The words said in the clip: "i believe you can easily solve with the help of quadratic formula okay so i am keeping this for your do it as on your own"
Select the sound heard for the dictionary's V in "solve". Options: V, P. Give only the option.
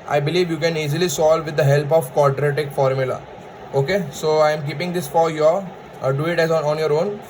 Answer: V